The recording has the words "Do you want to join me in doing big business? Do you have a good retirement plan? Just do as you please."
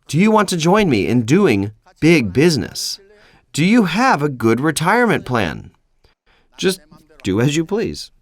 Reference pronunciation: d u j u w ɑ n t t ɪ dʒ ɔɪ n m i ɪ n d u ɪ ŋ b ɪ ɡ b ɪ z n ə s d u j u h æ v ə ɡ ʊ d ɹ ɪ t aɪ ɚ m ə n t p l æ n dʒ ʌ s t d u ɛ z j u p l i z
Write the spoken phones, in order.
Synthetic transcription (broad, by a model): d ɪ j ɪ w ɑ n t t ɪ dʒ ɔɪ n m i ɪ n d u ɪ ŋ b ɪ ɡ b ɪ z n ə s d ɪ j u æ v ə ɡ ʊ d ɹ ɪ t aɪ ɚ m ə n p l æ n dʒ ʌ s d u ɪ z j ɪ p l i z